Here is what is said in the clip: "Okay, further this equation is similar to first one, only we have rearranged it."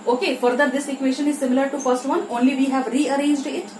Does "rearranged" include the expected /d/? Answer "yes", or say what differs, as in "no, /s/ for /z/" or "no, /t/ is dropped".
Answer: yes